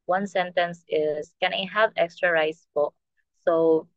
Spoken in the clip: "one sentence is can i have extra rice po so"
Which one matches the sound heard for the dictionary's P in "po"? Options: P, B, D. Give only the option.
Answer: B